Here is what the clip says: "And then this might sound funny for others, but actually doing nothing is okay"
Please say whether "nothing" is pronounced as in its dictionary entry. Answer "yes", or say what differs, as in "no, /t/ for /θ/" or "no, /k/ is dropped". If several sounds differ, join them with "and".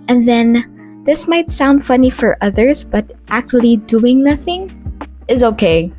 yes